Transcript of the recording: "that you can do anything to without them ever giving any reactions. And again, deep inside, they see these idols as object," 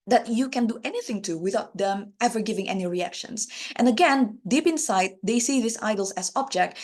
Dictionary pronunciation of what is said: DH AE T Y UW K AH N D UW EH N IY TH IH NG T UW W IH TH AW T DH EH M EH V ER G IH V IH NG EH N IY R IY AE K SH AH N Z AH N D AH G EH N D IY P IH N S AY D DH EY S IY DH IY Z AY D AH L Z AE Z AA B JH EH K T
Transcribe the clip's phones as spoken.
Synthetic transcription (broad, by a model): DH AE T Y UW K AH N D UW EH N IY TH IH NG T UW W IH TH AW T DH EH M EH V ER G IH V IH NG EH N IY R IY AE K SH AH N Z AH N AH G EH N D IY P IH N S AY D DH EY S IY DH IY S AY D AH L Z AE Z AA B JH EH K T